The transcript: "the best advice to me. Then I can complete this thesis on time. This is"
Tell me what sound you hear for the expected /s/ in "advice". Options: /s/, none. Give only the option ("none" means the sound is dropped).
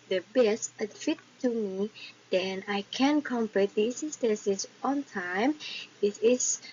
none